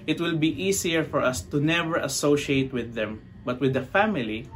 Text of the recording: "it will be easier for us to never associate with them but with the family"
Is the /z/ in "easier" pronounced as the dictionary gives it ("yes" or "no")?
no